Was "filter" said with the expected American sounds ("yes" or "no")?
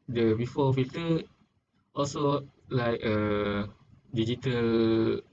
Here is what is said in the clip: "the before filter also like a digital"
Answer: no